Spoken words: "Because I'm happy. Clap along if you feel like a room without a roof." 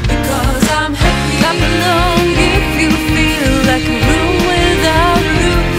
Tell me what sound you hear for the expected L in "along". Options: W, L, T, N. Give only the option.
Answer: N